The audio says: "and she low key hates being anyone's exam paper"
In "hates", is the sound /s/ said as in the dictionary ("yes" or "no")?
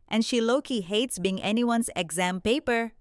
yes